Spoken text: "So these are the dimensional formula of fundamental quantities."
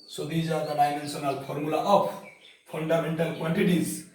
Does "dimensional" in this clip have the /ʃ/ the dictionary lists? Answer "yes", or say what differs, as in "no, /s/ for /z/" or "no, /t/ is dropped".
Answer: no, /s/ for /ʃ/